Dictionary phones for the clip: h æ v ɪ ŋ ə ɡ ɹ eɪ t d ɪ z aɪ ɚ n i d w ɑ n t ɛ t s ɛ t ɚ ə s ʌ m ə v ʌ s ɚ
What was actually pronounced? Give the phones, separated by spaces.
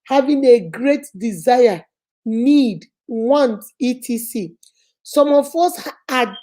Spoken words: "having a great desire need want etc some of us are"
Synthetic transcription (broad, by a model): h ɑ v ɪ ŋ ə ɡ ɹ eɪ t d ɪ z aɪ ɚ n i d w ɑ n t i t i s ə s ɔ m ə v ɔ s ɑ